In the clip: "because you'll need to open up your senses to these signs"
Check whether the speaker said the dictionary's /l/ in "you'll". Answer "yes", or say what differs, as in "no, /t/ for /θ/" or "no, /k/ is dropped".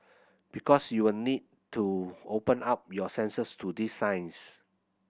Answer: no, /w/ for /l/